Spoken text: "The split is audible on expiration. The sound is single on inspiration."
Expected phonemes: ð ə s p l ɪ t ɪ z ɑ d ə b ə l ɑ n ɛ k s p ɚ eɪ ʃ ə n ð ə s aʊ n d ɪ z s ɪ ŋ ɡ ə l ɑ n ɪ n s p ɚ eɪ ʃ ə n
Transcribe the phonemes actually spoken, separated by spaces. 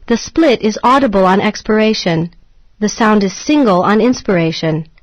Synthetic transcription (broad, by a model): ð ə s p l ɪ t ɪ z ɑ d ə b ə l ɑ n ɛ k s p ɚ eɪ ʃ ə n ð ə s aʊ n d ɪ z s ɪ ŋ ɡ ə l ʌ n ɪ n s p ɚ eɪ ʃ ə n